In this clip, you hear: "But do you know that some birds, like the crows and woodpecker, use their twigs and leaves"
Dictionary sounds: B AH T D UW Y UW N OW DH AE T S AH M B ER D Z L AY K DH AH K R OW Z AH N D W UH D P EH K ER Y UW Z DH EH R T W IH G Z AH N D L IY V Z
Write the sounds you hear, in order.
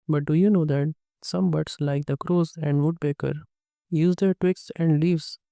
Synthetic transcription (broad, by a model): B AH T D UW Y UW N OW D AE T S AH M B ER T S L AY K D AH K R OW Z AH N D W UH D B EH K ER Y UW Z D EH R T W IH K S AH N D L IY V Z